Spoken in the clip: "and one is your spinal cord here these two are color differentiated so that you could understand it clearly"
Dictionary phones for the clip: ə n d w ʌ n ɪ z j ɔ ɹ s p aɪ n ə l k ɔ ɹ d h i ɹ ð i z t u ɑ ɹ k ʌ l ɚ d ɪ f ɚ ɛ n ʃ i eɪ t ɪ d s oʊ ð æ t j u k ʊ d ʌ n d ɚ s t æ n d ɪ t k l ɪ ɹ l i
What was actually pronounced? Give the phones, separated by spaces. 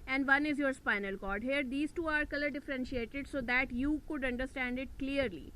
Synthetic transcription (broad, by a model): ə n d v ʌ n ɪ z j ɔ ɹ s p aɪ n ə l k ɔ ɹ d h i ɹ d i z t u ɑ ɹ k ʌ l ɚ d ɪ f ɚ ɛ n ʃ i eɪ t ɪ d s oʊ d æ t j u k ʊ d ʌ n d ɚ s t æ n d ɪ t k l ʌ ɹ l i